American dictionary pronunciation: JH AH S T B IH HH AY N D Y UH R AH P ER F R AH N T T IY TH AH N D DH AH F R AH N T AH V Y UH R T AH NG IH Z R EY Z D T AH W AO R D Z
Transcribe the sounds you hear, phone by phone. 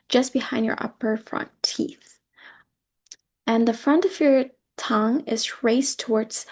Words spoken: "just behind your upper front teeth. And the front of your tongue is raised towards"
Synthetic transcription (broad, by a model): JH AH S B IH HH AY N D Y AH R AH P ER F R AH N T T IY TH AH N DH AH F R AH N T AH V Y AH R T AH NG IH Z R EY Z T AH W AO R D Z